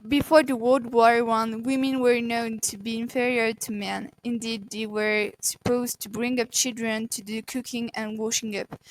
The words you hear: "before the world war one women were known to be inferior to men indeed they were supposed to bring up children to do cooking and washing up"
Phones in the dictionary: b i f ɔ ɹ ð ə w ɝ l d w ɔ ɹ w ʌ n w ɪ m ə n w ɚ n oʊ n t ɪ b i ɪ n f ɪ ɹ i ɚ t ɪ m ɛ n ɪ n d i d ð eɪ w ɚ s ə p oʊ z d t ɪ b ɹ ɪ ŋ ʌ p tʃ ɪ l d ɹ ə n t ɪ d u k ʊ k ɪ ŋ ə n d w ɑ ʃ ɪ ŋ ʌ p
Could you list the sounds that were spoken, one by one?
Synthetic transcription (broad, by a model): b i f ɔ ɹ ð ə w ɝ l d w ɔ ɹ w ʌ n w ɪ m ə n w ɚ n oʊ n t ɪ b i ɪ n f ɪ ɹ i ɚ t ɪ m ɛ n ɪ n d i d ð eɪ w ɚ s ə p oʊ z t ɪ b ɹ ɪ ŋ ʌ p tʃ ɪ l d ɹ ə n t ɪ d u k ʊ k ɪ ŋ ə n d w ɑ ʃ ɪ ŋ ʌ p